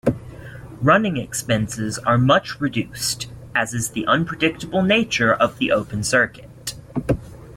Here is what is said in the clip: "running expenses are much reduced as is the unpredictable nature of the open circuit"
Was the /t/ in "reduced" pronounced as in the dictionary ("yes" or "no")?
yes